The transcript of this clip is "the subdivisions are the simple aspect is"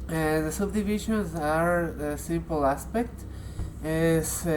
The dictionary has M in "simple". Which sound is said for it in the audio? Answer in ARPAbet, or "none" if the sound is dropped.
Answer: M